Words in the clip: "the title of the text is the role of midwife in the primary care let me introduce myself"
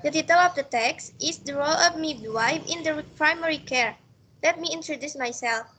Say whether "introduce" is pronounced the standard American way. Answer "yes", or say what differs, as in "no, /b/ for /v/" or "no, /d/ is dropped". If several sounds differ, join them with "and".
yes